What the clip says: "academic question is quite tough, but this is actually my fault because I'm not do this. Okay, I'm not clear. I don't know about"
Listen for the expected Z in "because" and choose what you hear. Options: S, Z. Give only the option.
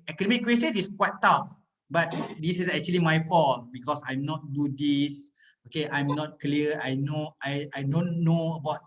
S